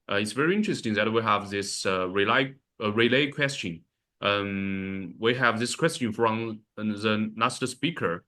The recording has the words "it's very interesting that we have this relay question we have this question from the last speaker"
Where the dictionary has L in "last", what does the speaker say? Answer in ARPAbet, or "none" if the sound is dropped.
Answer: N